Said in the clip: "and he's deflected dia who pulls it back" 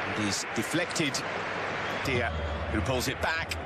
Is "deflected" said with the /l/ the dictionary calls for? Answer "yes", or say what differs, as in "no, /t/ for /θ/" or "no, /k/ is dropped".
yes